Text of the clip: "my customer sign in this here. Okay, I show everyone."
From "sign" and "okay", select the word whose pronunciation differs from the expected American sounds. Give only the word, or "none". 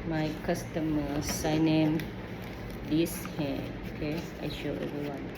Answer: none